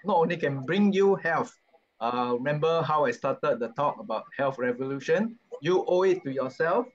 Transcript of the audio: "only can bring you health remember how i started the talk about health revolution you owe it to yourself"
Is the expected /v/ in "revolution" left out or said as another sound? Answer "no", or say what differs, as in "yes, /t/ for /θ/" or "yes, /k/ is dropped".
no